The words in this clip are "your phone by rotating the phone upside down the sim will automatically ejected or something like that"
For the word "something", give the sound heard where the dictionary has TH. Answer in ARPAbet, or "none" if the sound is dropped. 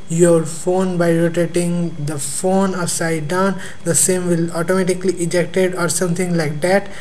T